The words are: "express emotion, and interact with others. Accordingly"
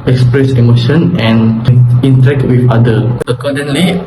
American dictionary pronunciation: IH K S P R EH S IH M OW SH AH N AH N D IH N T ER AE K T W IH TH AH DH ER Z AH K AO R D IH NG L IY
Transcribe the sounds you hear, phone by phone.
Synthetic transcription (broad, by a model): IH K S P R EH S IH M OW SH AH N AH N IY N T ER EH K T W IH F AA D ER AH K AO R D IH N L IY